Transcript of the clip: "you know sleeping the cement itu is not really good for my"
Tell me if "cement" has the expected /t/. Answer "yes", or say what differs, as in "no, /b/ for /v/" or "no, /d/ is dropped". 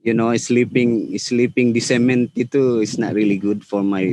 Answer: yes